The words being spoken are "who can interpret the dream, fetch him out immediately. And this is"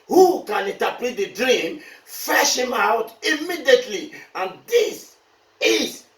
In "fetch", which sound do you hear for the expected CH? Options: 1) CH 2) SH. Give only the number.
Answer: 2